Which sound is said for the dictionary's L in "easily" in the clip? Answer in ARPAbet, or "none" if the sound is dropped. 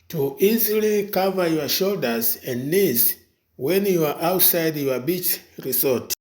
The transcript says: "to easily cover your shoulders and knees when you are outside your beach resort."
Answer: L